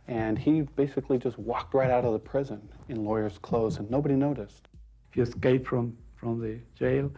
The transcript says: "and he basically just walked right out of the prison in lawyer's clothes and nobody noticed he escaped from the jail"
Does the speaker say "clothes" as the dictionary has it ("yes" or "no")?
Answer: yes